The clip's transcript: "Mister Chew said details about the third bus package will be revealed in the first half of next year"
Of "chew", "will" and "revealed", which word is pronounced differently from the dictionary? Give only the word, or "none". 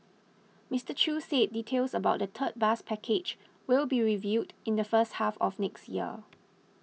revealed